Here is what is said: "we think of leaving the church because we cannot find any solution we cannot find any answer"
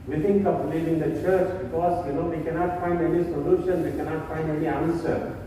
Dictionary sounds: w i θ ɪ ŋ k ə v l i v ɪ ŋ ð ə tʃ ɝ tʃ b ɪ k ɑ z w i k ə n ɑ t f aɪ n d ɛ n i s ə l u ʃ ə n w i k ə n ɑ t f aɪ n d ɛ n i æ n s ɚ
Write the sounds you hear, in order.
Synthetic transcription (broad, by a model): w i t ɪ ŋ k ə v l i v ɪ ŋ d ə tʃ ɝ tʃ b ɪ k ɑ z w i k ə n ɑ t f aɪ n d ɛ n i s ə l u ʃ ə n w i k ə n ɑ t f aɪ n d ɛ n i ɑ n s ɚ